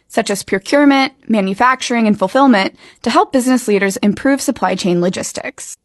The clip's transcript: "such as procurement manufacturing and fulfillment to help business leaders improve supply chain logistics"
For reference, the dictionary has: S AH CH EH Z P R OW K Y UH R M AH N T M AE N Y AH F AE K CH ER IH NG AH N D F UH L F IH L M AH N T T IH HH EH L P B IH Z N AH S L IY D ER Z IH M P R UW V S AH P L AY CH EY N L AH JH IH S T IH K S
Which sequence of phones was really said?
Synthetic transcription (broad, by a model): S AH CH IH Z P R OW K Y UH R M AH N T M AE N Y AH F AE K CH ER IH NG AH N F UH L F IH L M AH N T T IH HH EH L P B IH Z N AH S L IY D ER Z IH M P R UW V S AH P L AY CH EY N L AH JH IH S T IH K S